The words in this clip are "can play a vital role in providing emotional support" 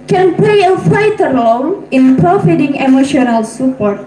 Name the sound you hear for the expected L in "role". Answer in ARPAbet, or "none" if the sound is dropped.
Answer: N